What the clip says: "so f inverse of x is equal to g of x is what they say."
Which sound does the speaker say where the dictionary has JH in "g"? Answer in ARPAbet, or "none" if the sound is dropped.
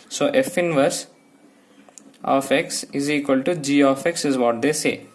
JH